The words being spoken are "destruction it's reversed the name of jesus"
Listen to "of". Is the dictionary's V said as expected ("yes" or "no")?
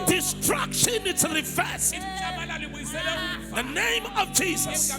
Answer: yes